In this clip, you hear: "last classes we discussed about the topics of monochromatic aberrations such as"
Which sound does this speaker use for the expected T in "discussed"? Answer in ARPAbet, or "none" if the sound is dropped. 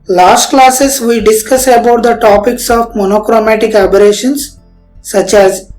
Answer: none